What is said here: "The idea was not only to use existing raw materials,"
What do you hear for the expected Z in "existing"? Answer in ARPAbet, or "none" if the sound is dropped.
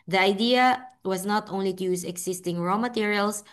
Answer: S